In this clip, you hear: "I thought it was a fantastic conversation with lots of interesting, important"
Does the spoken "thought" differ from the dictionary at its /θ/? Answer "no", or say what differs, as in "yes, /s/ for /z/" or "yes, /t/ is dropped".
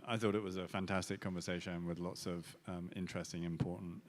no